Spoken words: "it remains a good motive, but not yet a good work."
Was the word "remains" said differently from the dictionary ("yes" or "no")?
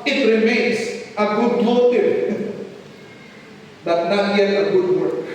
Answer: yes